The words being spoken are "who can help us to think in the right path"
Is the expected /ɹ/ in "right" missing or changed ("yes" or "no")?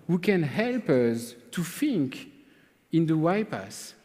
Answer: yes